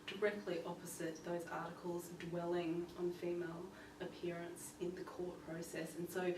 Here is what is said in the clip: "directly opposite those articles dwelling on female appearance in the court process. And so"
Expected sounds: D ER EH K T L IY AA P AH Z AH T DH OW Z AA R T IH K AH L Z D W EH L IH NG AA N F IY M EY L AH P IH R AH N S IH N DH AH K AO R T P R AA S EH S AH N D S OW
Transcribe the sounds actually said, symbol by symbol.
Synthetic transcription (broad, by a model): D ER EH K T L IY AA P AH Z AH T DH OW Z AA R T IH K AH L Z D W EH L IH NG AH N F IY M EY L AH P IH R AH N S IH N DH AH K AO R T P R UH S EH S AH N S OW